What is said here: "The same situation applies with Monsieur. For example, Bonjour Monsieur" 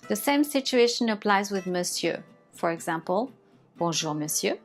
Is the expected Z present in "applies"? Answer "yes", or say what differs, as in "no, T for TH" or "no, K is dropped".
yes